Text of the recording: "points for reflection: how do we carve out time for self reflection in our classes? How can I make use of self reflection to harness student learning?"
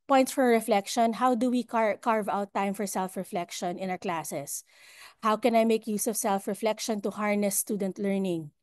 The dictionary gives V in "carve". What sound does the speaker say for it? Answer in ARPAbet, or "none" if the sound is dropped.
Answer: V